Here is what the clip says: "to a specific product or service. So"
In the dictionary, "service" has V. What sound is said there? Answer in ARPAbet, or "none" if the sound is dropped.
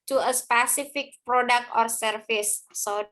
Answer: F